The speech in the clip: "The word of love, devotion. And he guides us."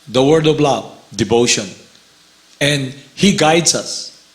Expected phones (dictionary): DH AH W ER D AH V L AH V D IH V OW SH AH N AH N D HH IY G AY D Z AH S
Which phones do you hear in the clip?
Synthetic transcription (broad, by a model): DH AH W ER D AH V L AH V D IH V OW SH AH N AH N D HH IY G AY D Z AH S